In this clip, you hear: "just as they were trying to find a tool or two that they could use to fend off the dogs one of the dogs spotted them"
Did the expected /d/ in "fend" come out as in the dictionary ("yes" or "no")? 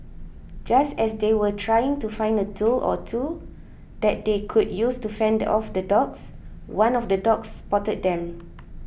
yes